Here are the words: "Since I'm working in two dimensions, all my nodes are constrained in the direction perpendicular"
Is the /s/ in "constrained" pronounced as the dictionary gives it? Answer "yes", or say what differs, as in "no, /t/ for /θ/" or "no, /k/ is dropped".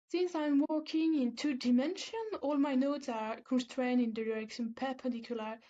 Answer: yes